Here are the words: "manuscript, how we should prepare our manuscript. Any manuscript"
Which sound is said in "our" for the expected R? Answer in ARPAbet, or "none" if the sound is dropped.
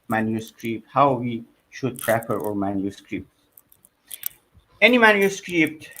R